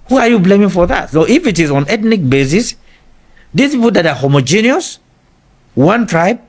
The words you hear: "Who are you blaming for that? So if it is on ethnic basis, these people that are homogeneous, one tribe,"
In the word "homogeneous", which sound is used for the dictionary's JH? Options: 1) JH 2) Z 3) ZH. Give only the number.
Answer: 1